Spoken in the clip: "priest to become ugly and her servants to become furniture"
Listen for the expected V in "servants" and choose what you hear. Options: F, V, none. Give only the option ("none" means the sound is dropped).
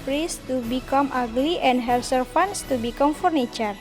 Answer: F